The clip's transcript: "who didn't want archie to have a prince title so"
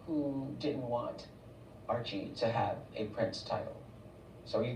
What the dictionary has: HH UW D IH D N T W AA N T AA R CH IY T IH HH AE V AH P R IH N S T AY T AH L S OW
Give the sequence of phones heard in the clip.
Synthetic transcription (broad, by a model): HH UW D IH D N T W AA N T AA R CH IY T IH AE V AH P R IH N S T AY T L S OW